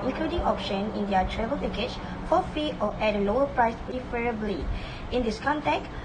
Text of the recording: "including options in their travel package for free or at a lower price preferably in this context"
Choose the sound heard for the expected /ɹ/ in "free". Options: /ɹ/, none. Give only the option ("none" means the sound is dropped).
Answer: none